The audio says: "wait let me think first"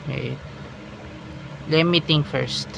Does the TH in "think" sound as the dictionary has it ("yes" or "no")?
no